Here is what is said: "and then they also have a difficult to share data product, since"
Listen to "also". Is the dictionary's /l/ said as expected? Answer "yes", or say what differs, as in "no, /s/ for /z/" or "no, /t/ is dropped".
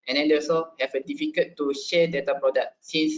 no, /l/ is dropped